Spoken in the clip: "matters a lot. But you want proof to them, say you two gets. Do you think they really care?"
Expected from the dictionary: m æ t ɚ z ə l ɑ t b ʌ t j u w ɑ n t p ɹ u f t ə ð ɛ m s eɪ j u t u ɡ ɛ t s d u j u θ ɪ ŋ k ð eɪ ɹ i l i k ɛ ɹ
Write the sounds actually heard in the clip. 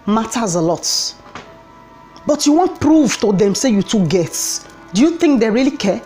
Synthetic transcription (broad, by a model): m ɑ t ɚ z ə l ɑ t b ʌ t j u w ɑ n t p ɹ u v t ə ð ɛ m s eɪ j u t u ɡ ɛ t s d u j u θ ɪ ŋ k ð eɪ ɹ i l i k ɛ